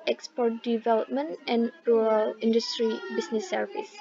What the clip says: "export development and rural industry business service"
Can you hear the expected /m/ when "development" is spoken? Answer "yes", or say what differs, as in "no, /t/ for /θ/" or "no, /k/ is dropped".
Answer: yes